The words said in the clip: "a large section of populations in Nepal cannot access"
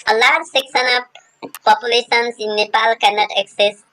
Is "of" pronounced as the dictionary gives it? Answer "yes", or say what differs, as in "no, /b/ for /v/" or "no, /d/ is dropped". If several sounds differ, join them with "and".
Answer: no, /p/ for /v/